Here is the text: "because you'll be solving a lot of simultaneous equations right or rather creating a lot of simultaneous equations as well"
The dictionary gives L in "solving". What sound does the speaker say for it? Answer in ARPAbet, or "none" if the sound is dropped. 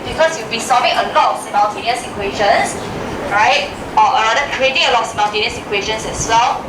none